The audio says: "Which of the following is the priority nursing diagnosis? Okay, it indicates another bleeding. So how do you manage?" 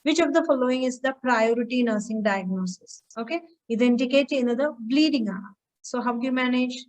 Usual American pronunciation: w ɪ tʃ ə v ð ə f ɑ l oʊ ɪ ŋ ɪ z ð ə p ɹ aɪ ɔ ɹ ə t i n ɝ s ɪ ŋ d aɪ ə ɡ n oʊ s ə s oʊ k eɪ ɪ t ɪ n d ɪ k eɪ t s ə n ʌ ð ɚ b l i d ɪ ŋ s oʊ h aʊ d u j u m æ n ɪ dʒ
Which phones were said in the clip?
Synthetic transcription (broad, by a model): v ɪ tʃ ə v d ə f ɑ l oʊ ɪ ŋ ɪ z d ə p ɹ aɪ ɔ ɹ ə t i n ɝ s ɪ ŋ d aɪ ə ɡ n oʊ s ə s oʊ k eɪ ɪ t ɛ n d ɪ k eɪ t ə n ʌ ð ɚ b l i d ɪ ŋ s oʊ h aʊ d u j u m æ n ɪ dʒ